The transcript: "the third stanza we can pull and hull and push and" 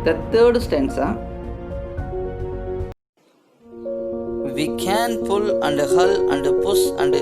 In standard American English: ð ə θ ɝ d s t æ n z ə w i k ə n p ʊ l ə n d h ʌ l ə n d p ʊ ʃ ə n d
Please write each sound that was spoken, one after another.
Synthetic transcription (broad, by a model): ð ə t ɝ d s t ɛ n s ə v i k ə n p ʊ l ə n d h ʌ l ə n d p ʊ s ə n d